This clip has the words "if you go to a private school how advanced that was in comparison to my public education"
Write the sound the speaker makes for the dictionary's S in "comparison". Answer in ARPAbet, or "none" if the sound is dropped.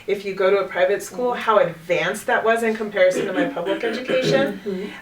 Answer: S